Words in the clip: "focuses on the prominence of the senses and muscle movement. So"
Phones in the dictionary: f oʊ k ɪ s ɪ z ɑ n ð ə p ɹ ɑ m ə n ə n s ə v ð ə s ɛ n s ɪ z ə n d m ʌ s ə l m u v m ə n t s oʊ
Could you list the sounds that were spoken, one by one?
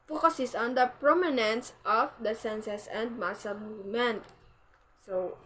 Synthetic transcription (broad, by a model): f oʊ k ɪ s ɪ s ɑ n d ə p ɹ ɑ m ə n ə n s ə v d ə s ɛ n s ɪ s ə n d m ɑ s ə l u m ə n s oʊ